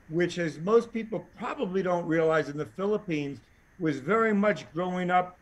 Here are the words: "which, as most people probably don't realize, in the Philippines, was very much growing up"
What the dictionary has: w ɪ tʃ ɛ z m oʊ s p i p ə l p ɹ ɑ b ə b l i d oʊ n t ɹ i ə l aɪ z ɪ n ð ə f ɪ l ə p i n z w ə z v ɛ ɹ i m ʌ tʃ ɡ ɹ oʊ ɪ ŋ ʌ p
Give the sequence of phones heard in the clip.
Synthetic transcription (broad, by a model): w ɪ tʃ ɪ z m oʊ s p i p l p ɹ ɑ b ə b l i d oʊ n t ɹ i ə l aɪ z ɪ n ð ə f ɪ l ə p i n z w ə z v ɛ ɹ i m ʌ tʃ ɡ ɹ oʊ ɪ ŋ ʌ p